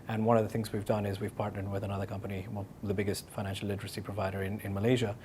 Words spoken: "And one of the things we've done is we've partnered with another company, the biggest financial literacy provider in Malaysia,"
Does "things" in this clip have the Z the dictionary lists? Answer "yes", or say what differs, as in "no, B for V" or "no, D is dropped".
yes